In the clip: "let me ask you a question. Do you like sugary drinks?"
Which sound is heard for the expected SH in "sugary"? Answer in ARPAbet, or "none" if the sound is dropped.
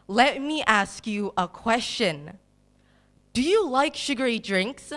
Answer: SH